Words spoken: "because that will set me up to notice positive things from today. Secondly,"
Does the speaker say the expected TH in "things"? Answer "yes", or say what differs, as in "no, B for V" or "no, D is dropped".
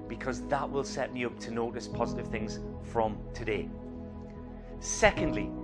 yes